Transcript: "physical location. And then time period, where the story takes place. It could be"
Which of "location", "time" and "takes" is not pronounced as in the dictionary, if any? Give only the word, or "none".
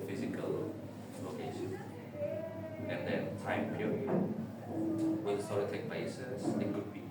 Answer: takes